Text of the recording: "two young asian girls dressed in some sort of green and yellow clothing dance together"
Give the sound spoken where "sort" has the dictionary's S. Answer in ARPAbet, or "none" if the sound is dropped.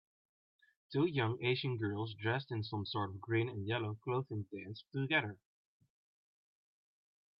S